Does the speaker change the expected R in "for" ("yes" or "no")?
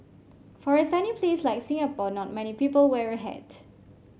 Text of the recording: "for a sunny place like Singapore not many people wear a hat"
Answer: no